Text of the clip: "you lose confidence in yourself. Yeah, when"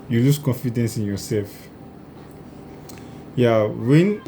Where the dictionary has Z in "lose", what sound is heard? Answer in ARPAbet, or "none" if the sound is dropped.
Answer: S